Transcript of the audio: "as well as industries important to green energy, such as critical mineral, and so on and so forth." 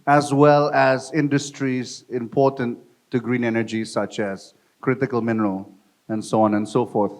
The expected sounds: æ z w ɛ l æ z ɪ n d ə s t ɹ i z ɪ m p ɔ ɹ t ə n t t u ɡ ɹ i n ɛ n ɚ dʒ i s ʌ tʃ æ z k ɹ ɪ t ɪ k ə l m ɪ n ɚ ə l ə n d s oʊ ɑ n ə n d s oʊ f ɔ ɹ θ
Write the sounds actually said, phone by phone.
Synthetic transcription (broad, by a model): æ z w ɛ l æ z ɪ n d ə s t ɹ i z ɪ m p ɔ ɹ t ə n t t u ɡ ɹ i n ɛ n ɚ dʒ i s ʌ tʃ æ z k ɹ ɪ t ɪ k ə l m ɪ n ɚ ə l ə n d s oʊ ɑ n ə n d s oʊ f ɔ ɹ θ